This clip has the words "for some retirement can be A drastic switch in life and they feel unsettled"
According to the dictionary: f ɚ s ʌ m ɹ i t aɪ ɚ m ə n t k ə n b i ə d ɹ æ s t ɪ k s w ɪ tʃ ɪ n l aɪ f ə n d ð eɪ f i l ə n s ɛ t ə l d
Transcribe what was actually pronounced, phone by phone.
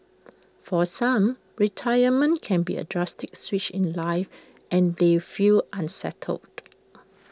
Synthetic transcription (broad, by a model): f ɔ s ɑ m ɹ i t aɪ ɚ m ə n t k ə n b i ə d ɹ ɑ s t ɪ k s w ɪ tʃ ɪ n l aɪ f ə n d eɪ f i l ə n s ɛ t ə l d